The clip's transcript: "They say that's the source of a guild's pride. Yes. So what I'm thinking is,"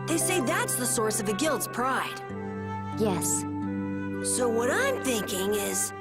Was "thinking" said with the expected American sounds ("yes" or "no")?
yes